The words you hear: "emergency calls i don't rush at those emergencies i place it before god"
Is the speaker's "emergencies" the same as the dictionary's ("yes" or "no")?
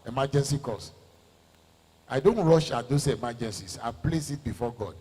no